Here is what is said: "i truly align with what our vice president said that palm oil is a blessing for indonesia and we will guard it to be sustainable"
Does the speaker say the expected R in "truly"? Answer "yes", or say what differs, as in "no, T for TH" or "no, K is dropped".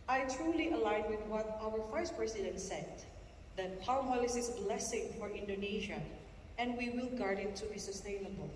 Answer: yes